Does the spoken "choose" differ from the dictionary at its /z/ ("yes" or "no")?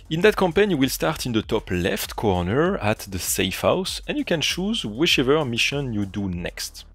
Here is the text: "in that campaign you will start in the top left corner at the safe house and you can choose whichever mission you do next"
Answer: no